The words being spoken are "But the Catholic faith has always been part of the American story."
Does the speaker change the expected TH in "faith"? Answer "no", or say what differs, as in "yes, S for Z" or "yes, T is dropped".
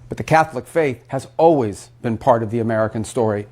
no